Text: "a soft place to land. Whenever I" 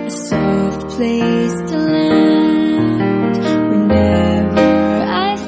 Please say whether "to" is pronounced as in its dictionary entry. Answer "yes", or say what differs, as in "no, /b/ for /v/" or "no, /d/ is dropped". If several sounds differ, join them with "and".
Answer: yes